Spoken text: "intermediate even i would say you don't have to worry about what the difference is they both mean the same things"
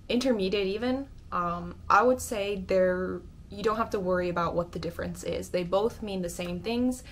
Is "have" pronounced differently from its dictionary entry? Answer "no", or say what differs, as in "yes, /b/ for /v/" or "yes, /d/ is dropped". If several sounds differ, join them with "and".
yes, /f/ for /v/